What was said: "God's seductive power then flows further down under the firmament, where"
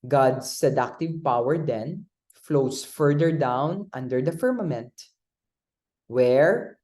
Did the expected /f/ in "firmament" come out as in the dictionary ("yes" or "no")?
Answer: yes